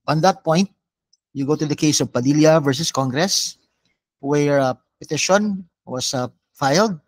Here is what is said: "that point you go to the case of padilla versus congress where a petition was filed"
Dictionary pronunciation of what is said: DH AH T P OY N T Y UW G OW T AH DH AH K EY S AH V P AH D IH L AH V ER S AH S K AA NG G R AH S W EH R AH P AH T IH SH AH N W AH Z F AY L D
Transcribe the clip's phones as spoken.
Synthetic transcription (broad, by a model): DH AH T P OY N T Y UW G OW T AH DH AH K EY S AH V P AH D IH L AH V ER S AH S K AA NG G R AH S W EH R P AH T IH SH AH N W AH S F AY L D